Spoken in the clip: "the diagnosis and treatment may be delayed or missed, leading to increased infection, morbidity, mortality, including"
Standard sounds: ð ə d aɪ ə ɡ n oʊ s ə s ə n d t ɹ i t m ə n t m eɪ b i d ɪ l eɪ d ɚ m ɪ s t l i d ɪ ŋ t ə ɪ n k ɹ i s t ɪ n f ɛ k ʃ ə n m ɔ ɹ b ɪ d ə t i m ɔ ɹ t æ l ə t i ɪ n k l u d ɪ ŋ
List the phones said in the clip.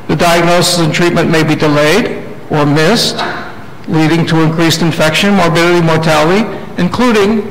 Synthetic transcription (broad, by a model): ð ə d aɪ ə ɡ n oʊ s ə s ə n t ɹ i t m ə n m eɪ b i d ɪ l eɪ d ɚ m ɪ s t l i d ɪ ŋ t ə ɪ n k ɹ i s t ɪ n f ɛ k ʃ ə n m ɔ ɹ b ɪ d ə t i m ɔ ɹ t æ l ə t i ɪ n k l u d ɪ ŋ